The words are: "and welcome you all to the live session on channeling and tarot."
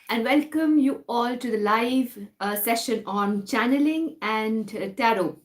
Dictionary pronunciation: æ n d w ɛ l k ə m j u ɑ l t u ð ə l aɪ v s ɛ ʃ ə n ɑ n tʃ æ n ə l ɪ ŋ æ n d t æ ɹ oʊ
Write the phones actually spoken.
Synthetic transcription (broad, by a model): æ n d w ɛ l k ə m j u ɑ l t u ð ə l aɪ v s ɛ ʃ ə n ɑ n tʃ æ n ə l ɪ ŋ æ n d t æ ɹ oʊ